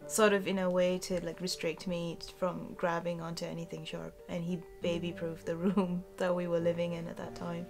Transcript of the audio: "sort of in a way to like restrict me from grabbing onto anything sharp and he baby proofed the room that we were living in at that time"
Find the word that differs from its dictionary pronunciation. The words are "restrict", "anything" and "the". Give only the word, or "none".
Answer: none